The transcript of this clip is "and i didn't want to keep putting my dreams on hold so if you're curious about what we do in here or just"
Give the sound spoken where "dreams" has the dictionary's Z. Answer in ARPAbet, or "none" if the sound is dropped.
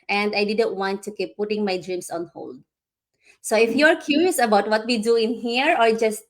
S